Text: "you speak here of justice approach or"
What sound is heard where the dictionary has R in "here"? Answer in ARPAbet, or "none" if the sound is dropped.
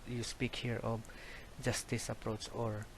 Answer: R